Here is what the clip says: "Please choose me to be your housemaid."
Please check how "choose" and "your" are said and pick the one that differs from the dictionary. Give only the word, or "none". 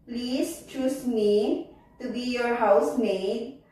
choose